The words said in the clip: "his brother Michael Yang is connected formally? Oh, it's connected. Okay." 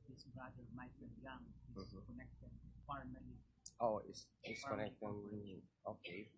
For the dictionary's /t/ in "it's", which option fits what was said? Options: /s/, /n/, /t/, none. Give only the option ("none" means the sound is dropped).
/s/